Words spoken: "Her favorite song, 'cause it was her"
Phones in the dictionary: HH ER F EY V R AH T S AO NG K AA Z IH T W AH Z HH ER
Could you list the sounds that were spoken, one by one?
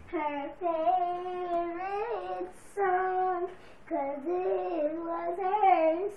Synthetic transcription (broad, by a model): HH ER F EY R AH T S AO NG K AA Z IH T W AH Z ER